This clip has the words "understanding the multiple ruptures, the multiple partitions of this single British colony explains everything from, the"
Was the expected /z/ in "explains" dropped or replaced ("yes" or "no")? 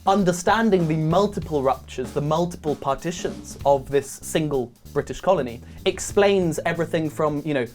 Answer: no